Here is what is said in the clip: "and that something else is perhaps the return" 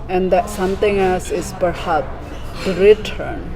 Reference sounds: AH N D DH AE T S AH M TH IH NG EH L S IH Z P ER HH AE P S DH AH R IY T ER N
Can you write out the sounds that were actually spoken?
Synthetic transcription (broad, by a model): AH N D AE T S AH M T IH NG EH L S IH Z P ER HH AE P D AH R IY T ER N